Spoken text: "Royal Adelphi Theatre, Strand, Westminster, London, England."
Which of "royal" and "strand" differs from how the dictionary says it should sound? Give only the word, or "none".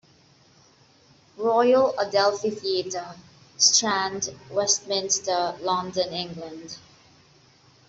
none